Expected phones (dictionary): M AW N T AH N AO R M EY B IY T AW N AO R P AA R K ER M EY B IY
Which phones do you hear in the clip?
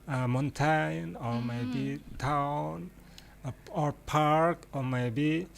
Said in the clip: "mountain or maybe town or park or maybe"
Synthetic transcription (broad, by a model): M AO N T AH N AO R M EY B IY T AW N AO R P AA R K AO M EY B IY